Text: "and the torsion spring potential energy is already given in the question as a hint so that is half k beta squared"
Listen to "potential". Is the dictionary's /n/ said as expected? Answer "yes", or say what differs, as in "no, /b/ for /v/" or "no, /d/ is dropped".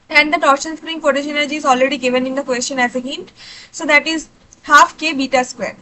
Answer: no, /n/ is dropped